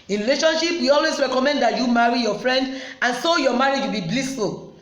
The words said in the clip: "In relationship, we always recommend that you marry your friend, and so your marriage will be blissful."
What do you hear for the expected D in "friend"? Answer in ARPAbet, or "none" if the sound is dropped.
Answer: D